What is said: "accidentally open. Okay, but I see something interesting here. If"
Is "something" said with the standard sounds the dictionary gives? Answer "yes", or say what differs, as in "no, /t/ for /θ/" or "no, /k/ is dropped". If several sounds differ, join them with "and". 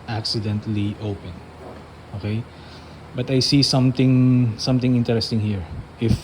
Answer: no, /t/ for /θ/